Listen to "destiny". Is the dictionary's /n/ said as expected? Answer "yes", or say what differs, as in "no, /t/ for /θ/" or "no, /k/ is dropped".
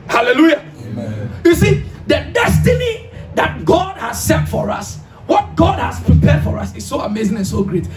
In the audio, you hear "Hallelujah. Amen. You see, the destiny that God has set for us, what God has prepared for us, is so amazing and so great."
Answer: yes